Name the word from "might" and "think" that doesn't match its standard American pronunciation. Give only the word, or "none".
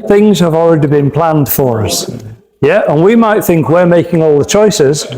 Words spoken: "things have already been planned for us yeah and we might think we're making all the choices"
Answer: none